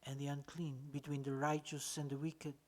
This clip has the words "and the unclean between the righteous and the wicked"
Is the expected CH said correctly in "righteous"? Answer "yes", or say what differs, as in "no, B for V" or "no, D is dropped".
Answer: yes